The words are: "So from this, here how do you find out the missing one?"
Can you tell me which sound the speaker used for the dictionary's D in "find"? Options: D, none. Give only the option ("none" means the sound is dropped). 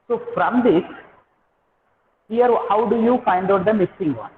D